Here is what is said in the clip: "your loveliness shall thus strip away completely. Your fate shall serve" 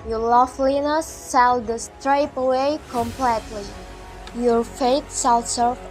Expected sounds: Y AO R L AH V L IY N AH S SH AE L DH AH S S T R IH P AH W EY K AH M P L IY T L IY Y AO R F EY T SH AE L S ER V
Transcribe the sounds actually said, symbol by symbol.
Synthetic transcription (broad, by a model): Y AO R L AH F L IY N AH S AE L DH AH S S T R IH P AH W EY K AH M P L IY T L IY Y AO R F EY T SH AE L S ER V